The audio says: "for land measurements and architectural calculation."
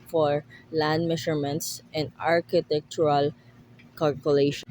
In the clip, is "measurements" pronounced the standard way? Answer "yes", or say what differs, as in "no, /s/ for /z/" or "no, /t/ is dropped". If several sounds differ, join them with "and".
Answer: no, /ʃ/ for /ʒ/